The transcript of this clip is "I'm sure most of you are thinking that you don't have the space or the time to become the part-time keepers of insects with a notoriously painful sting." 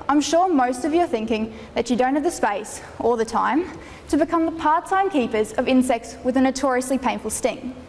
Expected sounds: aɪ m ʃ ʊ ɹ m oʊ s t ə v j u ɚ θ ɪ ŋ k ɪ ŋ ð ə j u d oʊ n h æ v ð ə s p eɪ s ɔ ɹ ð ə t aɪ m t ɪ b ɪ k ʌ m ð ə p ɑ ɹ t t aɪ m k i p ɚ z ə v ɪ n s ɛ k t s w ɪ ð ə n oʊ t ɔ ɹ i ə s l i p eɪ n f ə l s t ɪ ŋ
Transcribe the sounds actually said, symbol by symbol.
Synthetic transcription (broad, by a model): aɪ m ʃ ʊ ɹ m oʊ s t ə v j ɚ θ ɪ ŋ k ɪ ŋ ð ə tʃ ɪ d oʊ n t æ v ð ə s p eɪ s ɔ l ð ə t aɪ m t ɪ b ɪ k ʌ m ð ə p ɑ ɹ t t aɪ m k i p ɚ z ə v ɪ n s ɛ k t s w ɪ ð ə n oʊ t ɔ ɹ i ə s l i p eɪ n f ə l s t ɪ ŋ